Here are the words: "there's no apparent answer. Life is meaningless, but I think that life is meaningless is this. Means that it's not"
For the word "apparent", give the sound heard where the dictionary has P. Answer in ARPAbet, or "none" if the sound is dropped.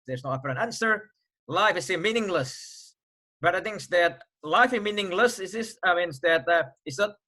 F